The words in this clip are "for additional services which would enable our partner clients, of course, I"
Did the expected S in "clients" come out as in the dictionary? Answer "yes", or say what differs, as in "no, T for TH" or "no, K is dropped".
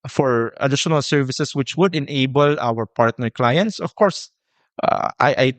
yes